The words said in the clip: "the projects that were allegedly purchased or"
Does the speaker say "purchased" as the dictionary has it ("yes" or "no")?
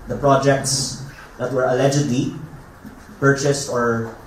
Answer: yes